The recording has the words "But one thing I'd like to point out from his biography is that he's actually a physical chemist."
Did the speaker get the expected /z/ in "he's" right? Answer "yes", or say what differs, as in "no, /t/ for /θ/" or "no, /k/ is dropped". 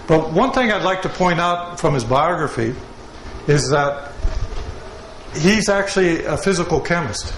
yes